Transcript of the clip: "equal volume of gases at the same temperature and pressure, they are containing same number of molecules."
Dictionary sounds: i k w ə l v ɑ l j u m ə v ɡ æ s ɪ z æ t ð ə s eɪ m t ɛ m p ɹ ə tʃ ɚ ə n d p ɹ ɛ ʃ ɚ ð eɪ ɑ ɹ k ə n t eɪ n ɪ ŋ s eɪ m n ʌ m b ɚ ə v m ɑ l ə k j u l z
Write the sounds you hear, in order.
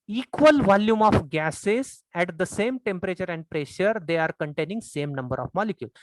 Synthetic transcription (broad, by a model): i k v ə l v ɑ l j u m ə f ɡ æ s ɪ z æ t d ə s eɪ m t ɛ m p ɹ ə tʃ ɚ ə n d p ɹ ɛ ʃ ɚ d eɪ ɑ ɹ k ə n t eɪ n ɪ ŋ s eɪ m n ʌ m b ɚ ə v m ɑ l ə k j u l